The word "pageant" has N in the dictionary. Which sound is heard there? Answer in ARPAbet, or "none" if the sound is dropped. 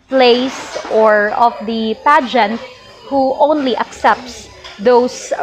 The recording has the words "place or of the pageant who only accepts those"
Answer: N